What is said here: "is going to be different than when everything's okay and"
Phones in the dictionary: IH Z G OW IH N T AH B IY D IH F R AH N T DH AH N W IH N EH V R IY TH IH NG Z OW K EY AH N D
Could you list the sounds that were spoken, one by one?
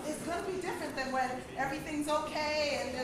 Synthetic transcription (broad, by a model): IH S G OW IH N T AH B IY D IH F R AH N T DH AH N W IH N EH V R IY TH IH NG Z OW K EY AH N